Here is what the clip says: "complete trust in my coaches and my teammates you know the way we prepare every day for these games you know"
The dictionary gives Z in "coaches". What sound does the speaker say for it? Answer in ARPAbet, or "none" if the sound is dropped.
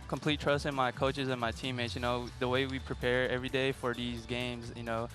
Z